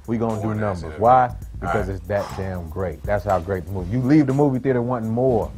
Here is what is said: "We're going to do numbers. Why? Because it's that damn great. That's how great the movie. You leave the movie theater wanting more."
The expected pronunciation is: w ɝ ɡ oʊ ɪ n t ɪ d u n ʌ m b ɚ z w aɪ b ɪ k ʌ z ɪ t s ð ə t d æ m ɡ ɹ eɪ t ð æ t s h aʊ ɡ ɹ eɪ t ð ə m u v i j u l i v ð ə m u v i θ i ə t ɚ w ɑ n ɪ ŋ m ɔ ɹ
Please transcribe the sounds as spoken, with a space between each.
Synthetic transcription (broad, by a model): w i ɡ oʊ ɪ n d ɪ n ʌ m b ɚ z w aɪ b ɪ k ʌ z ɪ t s ð ə t d æ m ɡ ɹ eɪ t ð æ t s h aʊ ɡ ɹ eɪ t ð ə m u v i j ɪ l i v ð ə m u v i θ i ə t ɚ w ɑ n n m ɔ ɹ